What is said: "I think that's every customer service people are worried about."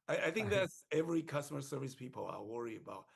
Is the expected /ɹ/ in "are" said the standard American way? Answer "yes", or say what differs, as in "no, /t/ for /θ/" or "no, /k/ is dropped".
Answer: no, /l/ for /ɹ/